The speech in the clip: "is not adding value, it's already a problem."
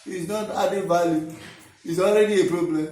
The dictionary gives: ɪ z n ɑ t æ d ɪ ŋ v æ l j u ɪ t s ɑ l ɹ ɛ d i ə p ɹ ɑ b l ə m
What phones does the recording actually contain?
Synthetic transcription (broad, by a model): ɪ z n ɑ t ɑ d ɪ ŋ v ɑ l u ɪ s ɑ l ɹ ɛ d i ə p ɹ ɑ b l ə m